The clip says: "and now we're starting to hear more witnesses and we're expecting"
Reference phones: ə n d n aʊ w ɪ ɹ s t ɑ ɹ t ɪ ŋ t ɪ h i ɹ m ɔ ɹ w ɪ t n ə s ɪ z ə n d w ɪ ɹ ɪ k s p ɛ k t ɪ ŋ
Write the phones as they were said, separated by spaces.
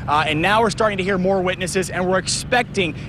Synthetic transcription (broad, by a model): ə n n aʊ w ɪ ɹ s t ɑ ɹ t ɪ ŋ t ɪ h i ɹ m ɔ ɹ w ɪ t n ə s ɪ z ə n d w ɪ ɹ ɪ k s p ɛ k t ɪ ŋ